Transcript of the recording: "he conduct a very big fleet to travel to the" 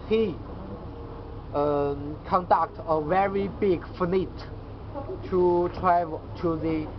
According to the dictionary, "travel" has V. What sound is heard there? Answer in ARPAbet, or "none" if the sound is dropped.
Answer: none